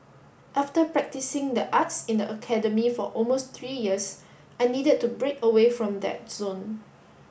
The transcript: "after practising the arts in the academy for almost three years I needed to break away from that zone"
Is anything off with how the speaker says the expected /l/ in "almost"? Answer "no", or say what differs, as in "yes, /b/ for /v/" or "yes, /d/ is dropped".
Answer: no